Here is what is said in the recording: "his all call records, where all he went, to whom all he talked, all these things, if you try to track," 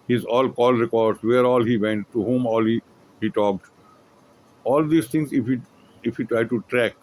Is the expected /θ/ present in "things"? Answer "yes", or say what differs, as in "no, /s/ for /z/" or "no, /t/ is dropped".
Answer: no, /t/ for /θ/